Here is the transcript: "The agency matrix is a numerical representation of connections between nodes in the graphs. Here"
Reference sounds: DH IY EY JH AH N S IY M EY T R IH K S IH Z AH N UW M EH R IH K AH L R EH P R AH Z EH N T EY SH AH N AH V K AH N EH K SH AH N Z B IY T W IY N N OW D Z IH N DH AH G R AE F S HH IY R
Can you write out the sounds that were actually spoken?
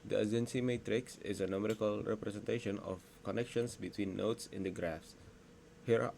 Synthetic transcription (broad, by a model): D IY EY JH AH N S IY M EY T R IH K S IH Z AH N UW M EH R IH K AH L R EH P R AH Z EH N T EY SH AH N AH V K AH N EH K SH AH N S B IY T W IY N N OW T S IH N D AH G R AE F S HH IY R